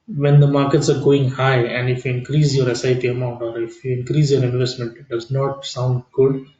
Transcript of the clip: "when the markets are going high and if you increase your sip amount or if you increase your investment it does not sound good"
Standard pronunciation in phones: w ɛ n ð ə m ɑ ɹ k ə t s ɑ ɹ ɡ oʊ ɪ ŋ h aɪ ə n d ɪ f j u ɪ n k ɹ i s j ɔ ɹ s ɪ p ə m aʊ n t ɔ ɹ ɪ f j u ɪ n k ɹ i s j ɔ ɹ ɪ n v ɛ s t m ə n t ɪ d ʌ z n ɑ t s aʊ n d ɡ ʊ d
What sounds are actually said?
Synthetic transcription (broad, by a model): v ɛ n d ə m ɑ ɹ k ə t s ɑ ɹ ɡ oʊ ɪ ŋ h aɪ ə n d ɪ f j u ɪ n k ɹ i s j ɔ ɹ s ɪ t ə m aʊ n t ɔ ɹ ɪ f j u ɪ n k ɹ i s j ɔ ɹ ɪ n v ɛ s t m ə n t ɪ d ʌ z n ɑ t s aʊ n d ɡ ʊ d